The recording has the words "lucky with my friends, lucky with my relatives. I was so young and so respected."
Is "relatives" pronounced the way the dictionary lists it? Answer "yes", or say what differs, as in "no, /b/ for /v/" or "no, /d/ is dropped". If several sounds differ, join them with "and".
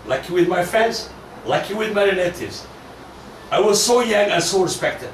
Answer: no, /n/ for /l/